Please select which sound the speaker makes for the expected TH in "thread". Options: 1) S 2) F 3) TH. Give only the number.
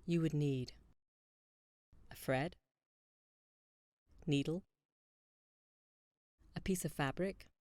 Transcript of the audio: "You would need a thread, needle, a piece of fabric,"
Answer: 2